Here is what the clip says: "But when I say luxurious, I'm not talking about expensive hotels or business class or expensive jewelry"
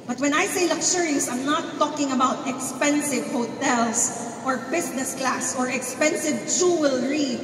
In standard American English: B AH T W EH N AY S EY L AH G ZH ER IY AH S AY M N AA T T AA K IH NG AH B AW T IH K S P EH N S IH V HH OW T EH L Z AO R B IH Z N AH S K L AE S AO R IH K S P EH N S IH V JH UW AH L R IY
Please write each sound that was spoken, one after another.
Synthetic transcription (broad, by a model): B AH T W EH N AY S EY L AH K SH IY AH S AY M N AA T T AA K IH NG AH B AW T IH K S P EH N S IH V HH OW T EH L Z AO R B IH S N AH S K L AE S AO R IH K S P EH N S IH V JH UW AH L R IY